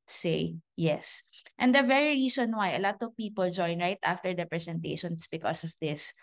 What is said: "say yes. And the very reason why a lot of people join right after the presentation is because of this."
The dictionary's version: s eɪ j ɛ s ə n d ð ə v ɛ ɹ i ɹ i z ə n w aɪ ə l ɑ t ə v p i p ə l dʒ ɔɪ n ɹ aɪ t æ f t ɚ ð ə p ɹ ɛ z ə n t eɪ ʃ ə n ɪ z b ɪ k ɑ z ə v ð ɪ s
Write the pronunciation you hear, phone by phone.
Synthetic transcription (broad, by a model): s eɪ j ɛ s ə n d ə v ɛ ɹ i ɹ i s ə n w aɪ ə l ɑ t ə v p i p ə l dʒ ɔɪ n ɹ aɪ t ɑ f t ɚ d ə p ɹ ɛ s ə n t eɪ ʃ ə n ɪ s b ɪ k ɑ s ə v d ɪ s